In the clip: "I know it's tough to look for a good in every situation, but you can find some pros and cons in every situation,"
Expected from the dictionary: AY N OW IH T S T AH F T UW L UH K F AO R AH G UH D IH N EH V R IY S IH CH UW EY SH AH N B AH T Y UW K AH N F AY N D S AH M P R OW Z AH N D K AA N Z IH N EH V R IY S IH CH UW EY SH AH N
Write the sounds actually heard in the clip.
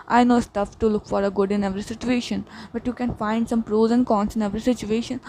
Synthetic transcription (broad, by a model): AY N OW S T AH F T UW L UH K F AO R AH G UH D IH N EH V R IY S IH CH UW EY SH AH N B AH T Y UW K AH N F AY N D S AH M P R OW Z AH N K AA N S IH N EH V R IY S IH CH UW EY SH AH N